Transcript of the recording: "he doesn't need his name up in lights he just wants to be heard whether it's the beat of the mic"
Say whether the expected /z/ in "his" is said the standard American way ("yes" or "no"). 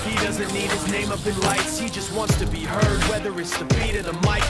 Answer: yes